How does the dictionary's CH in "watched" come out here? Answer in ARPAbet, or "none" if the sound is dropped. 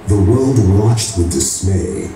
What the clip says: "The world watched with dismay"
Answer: CH